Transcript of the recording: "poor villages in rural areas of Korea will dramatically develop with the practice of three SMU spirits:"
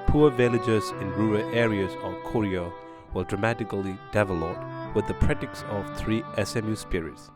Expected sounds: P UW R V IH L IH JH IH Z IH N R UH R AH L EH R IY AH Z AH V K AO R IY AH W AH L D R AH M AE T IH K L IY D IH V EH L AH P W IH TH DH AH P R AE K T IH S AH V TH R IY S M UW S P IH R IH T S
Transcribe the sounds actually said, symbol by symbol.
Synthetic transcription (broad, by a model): P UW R V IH L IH JH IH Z IH N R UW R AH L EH R IY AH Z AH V K AO R IY AH W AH D R AH M AE T IH K L IY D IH V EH L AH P W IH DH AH P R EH T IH S AH V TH R IY S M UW S P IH R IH T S